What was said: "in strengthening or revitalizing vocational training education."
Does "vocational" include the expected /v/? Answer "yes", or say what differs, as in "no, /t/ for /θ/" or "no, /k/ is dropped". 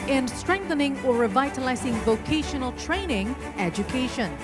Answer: yes